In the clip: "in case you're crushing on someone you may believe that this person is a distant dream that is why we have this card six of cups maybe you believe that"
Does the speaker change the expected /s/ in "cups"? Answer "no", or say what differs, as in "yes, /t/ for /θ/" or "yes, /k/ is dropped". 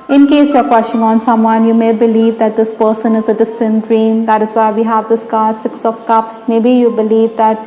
no